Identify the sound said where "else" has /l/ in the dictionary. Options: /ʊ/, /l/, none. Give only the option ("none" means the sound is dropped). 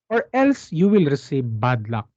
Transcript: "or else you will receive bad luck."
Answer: /l/